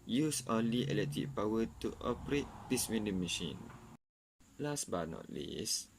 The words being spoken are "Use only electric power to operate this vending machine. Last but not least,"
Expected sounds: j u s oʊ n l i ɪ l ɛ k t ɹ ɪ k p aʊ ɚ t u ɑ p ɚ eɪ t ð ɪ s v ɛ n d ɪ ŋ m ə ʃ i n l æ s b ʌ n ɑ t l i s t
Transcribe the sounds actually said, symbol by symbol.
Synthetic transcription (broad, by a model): j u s oʊ n l i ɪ l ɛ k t ɪ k p aʊ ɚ t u ɑ p ɚ eɪ t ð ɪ s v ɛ n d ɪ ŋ m ə ʃ i n l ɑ s b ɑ n ɑ t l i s